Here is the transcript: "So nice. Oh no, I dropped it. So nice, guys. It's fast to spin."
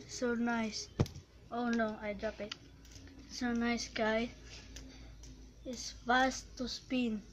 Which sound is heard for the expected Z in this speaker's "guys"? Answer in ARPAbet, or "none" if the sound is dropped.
none